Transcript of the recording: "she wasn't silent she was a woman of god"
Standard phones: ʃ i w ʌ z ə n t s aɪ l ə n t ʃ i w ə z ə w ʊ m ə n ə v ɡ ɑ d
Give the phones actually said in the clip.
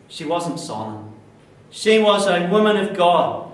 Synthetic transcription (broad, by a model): ʃ i w ʌ z ə n t s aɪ l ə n ʃ i w ə z ə w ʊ m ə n ə v ɡ ɑ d